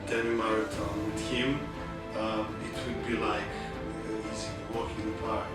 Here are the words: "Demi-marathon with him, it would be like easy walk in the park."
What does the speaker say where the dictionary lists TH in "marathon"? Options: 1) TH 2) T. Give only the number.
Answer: 2